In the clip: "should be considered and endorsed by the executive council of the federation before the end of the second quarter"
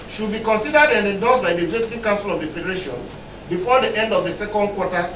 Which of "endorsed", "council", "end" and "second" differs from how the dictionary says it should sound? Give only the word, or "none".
endorsed